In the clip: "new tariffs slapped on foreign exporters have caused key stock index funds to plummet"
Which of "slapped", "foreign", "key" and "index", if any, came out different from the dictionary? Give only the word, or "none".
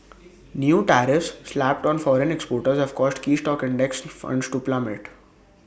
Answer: none